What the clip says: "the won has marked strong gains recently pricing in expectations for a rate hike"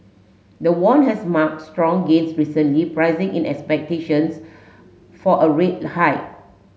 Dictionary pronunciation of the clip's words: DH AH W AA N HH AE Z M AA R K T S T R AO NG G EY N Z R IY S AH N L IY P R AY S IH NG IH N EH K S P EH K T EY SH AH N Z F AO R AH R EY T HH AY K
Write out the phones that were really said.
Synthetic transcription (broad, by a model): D AH W AA N HH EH S M AA K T S T R AO NG G EY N S R IY S AH N L IY P R AY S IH NG IH N EH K S P EH K T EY SH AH N S F AO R AH R EY T HH AY